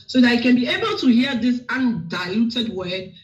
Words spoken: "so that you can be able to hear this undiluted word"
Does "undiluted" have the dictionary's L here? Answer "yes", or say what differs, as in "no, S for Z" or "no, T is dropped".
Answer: no, L is dropped